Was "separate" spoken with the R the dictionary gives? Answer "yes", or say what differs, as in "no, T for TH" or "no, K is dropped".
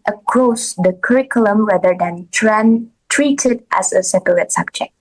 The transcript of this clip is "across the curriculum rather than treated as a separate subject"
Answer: no, L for R